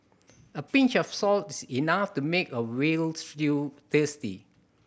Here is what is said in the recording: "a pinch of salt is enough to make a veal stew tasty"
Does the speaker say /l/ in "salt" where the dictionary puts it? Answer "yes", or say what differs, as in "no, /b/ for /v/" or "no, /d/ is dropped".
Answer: yes